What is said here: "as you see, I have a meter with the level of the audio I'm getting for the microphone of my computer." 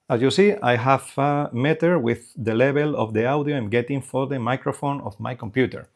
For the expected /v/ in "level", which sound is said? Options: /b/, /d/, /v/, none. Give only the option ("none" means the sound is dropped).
/b/